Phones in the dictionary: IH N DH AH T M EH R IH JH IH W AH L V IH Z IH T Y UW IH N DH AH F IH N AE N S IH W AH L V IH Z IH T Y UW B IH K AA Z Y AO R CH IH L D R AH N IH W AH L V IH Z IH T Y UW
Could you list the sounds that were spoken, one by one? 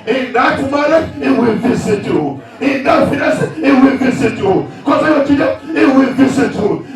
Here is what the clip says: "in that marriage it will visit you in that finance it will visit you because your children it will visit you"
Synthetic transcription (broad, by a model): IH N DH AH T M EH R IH IH W AH L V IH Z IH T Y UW IH N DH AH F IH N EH S IH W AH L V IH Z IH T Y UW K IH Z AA Y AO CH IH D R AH IH W AH L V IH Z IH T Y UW